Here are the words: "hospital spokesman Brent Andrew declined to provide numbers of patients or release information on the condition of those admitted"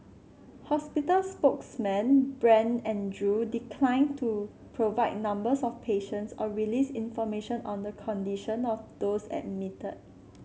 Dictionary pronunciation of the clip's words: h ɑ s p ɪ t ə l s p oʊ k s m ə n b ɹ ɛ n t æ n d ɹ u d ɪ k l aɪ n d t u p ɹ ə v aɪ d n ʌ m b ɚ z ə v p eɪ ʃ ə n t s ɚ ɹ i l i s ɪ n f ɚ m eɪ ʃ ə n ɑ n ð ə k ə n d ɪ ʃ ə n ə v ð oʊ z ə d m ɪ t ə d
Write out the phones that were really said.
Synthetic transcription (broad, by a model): h ɑ s p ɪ t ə l s p oʊ k s m ə n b ɹ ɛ n ɛ n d ɹ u d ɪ k l aɪ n t u p ɹ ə v aɪ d n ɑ m b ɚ s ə f p eɪ ʃ ə n t s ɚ ɹ i l i s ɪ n f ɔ m eɪ ʃ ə n ɑ n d ə k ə n d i ʃ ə n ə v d oʊ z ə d m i t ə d